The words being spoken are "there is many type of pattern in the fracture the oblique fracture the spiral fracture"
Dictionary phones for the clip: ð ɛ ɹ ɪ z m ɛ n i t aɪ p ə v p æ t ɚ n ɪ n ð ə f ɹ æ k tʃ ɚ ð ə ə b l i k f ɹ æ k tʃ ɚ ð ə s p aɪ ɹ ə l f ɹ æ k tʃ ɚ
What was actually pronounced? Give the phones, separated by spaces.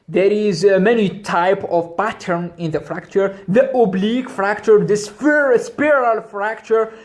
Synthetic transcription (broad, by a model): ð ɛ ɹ ɪ z m ɛ n i t aɪ p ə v p æ t ɚ n ɪ n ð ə f ɹ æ k tʃ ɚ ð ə ə b l i k f ɹ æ k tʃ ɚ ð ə s p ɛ ɹ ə l f ɹ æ k tʃ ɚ